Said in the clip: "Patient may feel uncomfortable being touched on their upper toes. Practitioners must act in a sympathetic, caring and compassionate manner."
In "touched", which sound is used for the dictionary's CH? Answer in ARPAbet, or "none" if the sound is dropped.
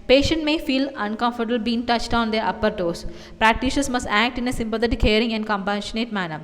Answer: CH